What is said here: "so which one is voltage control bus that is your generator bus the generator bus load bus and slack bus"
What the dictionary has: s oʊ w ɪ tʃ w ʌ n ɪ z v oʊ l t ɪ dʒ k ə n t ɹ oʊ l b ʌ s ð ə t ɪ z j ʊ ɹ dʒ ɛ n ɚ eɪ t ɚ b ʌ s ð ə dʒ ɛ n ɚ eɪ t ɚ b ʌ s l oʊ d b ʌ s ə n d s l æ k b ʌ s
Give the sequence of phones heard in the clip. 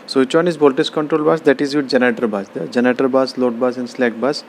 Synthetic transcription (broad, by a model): s oʊ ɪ tʃ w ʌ n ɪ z b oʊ l t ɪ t k ə n t ɹ oʊ l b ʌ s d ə t ɪ z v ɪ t dʒ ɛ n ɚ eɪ t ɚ b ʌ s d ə dʒ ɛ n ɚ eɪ t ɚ b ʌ s l oʊ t b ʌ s ə n d s l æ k b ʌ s